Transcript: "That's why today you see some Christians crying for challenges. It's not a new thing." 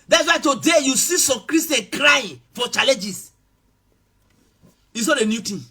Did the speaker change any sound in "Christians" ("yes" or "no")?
yes